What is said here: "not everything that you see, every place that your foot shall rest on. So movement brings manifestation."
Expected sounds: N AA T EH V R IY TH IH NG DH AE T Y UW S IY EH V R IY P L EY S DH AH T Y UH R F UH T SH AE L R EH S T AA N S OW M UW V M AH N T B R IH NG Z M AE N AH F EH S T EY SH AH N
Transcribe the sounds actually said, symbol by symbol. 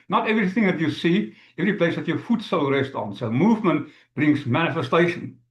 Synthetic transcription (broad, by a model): N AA T EH V R IY TH IH NG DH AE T Y UW S IY EH V R IY P L EY S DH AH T Y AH F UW T S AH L R EH S T AA N S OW M UW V M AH N T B R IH NG S M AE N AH F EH S T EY SH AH N